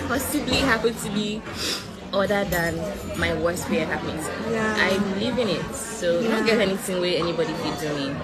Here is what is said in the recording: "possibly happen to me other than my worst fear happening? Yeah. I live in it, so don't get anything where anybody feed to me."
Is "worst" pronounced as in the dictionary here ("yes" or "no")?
yes